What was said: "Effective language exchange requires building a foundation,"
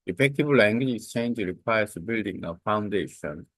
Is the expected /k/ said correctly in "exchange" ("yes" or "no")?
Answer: no